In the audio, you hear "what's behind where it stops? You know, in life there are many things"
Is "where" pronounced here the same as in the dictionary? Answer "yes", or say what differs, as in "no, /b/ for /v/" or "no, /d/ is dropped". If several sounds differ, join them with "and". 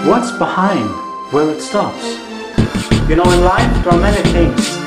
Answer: no, /l/ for /ɹ/